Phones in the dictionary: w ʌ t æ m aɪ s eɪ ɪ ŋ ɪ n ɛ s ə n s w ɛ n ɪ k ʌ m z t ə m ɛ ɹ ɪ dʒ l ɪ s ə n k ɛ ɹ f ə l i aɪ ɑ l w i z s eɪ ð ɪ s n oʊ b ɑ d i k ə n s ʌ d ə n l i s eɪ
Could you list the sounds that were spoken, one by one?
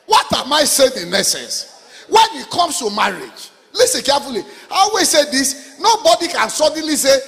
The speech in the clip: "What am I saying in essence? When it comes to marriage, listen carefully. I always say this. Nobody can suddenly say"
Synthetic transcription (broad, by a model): w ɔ t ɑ m aɪ s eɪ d ɪ n ɛ s ə n s w ɛ n ɪ k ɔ m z t ə m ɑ ɹ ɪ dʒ l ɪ s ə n k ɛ f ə l i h ɑ w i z s eɪ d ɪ s n oʊ b ɑ d i k ə n s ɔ d n l i s eɪ